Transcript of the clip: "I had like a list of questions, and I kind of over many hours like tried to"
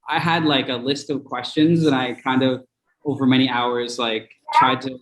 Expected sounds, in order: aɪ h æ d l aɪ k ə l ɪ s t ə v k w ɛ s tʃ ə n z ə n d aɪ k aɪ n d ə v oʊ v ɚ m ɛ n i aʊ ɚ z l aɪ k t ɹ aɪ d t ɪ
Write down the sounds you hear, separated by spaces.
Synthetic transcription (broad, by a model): aɪ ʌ d l aɪ k ə l ɪ s t ə v k w ɛ s tʃ ə n z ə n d aɪ k aɪ n d ə v oʊ v ɚ m ɛ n i aʊ ɚ z l aɪ k t ɹ aɪ d t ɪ